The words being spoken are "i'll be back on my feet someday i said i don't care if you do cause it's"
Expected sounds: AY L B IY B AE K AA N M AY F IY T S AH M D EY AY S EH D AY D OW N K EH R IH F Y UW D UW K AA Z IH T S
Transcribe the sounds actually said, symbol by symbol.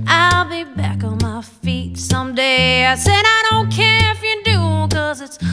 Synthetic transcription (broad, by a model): AY L B IY B AE K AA N M AY F IY T S AH M D EY AY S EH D AY D OW N K EH R IH F Y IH D UW K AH Z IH T S